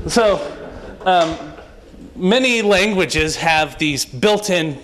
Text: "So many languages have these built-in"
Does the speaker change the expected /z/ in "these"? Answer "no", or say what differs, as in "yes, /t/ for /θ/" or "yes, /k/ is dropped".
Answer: no